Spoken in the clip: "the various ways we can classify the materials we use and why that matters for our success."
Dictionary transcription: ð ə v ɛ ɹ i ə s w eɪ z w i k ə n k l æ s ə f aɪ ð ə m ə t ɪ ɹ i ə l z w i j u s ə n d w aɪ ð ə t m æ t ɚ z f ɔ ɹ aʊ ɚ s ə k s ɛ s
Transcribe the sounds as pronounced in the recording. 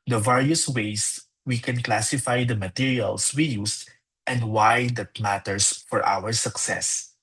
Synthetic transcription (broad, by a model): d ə v ɛ ɹ i ə s w eɪ s w i k ə n k l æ s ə f aɪ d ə m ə t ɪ ɹ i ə l s w i j u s ə n d w aɪ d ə t m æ t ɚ s f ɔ ɹ aʊ ɚ s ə k s ɛ s